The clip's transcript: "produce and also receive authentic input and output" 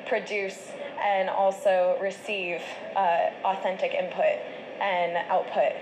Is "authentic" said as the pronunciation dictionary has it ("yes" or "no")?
yes